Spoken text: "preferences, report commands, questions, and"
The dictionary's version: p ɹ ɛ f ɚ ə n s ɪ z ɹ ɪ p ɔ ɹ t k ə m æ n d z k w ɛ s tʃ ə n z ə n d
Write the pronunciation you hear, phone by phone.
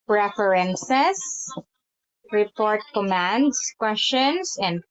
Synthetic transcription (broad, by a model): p ɹ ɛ f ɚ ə n s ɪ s ɹ ɪ p ɔ ɹ t k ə m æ n d s k w ɛ s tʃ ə n s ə n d